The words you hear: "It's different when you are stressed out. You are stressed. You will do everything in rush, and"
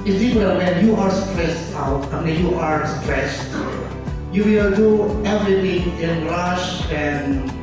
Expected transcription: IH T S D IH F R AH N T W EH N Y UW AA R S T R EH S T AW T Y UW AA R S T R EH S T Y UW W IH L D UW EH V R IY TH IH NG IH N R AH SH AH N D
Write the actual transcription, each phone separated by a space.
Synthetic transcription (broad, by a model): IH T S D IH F AH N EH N Y UW AA R S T R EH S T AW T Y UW AA R S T R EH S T Y UW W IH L D UW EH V R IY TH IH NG IH N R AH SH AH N